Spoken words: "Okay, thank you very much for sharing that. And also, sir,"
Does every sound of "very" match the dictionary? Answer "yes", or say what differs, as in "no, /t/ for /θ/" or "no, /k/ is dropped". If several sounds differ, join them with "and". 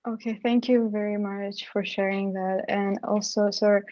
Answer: yes